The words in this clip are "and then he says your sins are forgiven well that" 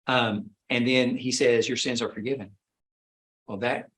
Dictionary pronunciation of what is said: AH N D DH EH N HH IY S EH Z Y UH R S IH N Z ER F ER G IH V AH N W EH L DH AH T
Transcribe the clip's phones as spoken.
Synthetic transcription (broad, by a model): AH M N DH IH N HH IY S EH Z Y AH R S IH N Z ER F ER G IH V AH N W EH L DH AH T